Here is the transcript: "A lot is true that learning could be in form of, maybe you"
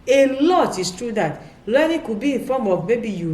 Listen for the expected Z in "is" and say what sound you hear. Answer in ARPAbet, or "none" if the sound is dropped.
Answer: S